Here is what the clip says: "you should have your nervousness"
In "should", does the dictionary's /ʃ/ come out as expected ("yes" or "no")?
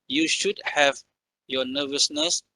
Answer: yes